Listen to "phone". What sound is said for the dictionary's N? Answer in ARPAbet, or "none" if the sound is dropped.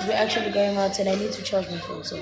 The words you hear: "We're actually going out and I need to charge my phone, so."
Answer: L